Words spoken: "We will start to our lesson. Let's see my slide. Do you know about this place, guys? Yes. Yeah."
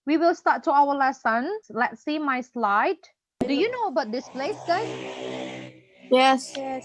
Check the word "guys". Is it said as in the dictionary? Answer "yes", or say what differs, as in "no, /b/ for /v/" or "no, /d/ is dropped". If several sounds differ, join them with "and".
no, /z/ is dropped